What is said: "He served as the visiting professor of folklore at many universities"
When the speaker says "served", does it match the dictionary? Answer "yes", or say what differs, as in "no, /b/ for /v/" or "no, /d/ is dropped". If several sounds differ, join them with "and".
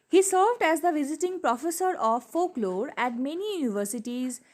yes